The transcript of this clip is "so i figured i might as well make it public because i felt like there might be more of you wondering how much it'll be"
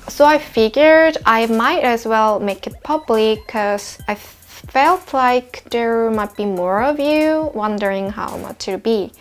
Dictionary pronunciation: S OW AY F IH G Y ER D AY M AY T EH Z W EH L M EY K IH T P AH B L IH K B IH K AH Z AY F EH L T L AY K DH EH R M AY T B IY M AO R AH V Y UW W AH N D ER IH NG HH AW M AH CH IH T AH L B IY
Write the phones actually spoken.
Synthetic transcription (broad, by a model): S OW AY F IH G Y ER D AY M AY T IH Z W EH L M EY K IH T P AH B L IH K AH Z AY F EH L T L AY K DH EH R M AY T B IY M AO R AH V Y UW W AH N D ER IH NG HH AW M AH CH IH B IY